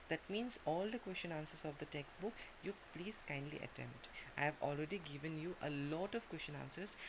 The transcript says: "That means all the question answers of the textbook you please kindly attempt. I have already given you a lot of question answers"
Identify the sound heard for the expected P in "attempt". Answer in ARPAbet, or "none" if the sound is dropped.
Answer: P